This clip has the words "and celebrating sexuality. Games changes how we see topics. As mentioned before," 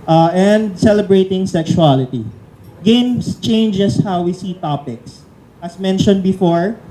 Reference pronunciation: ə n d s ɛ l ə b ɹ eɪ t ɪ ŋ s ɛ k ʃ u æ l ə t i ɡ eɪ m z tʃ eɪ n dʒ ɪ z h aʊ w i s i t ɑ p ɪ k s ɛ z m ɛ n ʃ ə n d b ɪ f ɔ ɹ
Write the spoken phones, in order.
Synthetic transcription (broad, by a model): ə n d s ɛ l ə b ɹ eɪ t ɪ ŋ s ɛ k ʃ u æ l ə t i ɡ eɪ m s tʃ eɪ n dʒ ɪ s h aʊ w i s i t ɑ p ɪ k s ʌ s m ɛ n ʃ ə n d b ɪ f ɔ ɹ